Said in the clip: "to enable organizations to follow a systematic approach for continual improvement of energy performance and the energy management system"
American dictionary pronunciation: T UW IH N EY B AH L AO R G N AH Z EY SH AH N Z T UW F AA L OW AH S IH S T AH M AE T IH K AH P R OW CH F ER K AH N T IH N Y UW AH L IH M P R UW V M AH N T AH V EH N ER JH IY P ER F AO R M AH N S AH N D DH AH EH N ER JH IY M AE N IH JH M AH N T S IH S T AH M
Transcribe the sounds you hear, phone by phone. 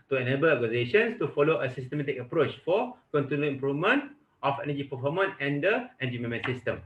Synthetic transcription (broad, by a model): T UW IH N EY B AH L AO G AH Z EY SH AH N S T UW F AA L OW AH S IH S T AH M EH T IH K AH P R OW CH F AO K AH N T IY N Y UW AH M P R UW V M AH N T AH F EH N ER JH IY P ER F AO M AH N AH N D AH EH N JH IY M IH M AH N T S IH S T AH M